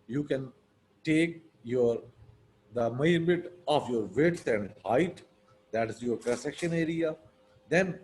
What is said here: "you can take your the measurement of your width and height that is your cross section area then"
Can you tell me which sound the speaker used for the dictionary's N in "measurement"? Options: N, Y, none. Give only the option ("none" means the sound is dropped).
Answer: none